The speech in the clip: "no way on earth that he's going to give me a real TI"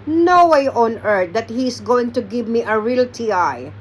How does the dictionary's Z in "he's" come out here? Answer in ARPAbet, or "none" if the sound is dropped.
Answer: S